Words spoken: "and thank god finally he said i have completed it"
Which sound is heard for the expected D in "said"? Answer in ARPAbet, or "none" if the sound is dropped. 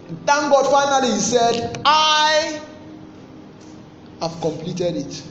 D